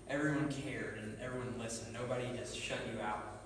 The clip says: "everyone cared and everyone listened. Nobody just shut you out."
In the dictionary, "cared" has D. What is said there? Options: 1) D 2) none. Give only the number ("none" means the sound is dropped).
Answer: 1